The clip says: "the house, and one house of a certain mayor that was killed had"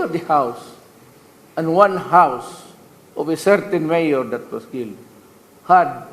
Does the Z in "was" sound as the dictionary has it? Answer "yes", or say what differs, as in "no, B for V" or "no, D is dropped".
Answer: no, S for Z